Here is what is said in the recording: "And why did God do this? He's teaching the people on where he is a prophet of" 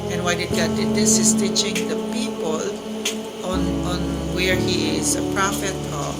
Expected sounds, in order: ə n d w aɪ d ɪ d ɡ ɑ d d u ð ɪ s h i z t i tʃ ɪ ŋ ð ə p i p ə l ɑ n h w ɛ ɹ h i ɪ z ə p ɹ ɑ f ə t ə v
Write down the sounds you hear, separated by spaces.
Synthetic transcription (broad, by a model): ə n w aɪ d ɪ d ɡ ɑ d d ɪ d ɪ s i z t i tʃ ɪ ŋ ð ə p i p ə l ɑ n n w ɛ ɹ h i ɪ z ə p ɹ ɑ f ə t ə